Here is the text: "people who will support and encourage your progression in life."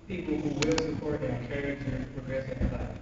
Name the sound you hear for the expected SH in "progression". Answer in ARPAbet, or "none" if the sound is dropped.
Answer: S